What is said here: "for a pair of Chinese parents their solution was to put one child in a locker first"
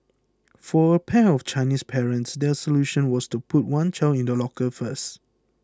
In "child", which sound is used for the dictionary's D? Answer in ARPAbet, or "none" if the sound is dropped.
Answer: none